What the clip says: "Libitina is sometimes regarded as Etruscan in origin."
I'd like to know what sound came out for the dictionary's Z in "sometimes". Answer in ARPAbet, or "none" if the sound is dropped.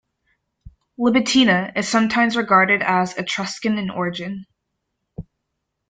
Z